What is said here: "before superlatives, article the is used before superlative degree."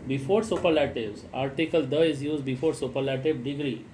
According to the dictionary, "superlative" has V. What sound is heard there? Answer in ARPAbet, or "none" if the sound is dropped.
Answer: B